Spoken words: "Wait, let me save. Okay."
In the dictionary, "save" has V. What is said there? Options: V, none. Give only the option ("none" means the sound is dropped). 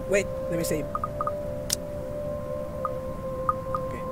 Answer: none